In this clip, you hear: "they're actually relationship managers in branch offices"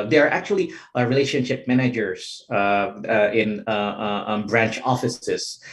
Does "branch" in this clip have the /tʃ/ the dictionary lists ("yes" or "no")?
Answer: yes